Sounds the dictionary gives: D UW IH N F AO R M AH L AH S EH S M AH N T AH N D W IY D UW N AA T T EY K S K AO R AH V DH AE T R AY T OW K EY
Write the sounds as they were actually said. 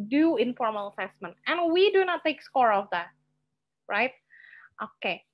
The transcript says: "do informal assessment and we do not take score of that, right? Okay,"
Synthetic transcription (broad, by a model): D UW IH N F AO R M AH L AH S EH S M AH N T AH N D W IY D UW N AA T T EY K S K AO R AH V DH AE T R AY T OW K EY